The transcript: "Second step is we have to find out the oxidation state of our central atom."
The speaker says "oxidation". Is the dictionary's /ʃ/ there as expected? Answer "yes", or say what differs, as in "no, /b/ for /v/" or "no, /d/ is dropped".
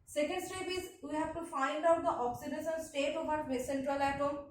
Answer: no, /s/ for /ʃ/